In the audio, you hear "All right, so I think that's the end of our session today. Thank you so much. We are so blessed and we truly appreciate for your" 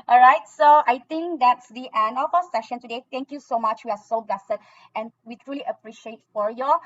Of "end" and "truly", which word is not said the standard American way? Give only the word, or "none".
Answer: end